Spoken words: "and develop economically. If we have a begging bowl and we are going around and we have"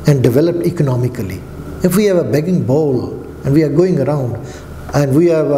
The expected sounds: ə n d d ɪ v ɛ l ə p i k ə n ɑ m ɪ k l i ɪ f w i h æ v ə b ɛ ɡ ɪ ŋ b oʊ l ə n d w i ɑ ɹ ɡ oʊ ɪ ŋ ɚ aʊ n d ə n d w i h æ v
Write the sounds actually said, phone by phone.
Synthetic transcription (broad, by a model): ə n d d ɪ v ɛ l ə p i k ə n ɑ m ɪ k l i ɪ f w i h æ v ə b ɛ ɡ ɪ ŋ b oʊ l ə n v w i ɑ ɹ ɡ oʊ ɪ ŋ ɚ aʊ n d ə n d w i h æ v